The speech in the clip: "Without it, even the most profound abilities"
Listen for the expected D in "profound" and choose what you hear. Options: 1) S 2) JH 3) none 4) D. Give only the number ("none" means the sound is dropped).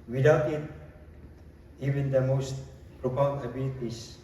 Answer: 3